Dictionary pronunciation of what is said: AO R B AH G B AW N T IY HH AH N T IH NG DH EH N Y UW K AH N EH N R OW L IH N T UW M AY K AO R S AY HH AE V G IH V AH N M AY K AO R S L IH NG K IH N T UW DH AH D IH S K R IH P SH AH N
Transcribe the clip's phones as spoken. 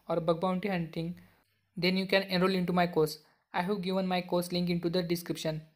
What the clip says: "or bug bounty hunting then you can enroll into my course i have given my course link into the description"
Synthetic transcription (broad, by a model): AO R B AH G B AW N T IY HH AH N T IH NG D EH N Y UW K AH N EH N R OW L IH N T UW M AY K AO R S AY HH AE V G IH V AH N M AY K AO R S L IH NG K IH N T UW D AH D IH S K R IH P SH AH N